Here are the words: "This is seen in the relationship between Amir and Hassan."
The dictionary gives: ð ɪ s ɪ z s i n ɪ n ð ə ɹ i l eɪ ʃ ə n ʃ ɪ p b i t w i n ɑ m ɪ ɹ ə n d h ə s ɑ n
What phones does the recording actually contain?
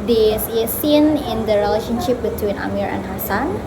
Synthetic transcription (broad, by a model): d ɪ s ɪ s i n ɪ n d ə ɹ i l eɪ ʃ ə n ʃ ɪ p b i t w i n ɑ m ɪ ɹ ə n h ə s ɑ n